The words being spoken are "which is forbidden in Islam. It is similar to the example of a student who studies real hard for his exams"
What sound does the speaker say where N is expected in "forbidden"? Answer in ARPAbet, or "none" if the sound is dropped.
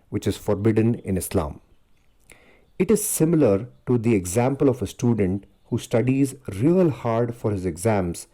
N